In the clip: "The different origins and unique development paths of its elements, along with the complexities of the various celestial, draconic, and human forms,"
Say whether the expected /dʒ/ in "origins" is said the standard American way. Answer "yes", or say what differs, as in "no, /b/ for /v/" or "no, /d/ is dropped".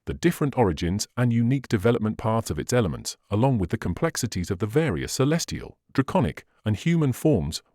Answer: yes